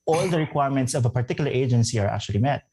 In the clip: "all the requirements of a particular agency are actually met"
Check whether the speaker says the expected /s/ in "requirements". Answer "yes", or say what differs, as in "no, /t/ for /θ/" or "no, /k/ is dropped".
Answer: yes